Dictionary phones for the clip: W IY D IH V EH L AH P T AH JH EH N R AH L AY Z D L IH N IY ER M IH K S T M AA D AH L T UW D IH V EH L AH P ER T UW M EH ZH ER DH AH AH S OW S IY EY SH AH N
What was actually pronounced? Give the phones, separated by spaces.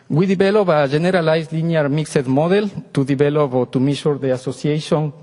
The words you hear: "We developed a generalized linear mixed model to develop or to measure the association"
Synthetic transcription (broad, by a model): W IY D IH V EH L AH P AH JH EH N R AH L AY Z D L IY N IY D M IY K S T M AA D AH L T UW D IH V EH L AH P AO T UW M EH SH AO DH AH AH S OW S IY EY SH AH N